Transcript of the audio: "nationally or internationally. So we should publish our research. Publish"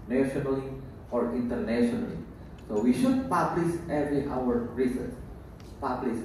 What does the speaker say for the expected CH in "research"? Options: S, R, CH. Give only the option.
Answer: S